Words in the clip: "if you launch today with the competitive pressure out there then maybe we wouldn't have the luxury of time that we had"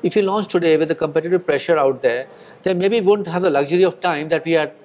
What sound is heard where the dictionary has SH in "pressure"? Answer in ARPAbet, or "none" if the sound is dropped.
SH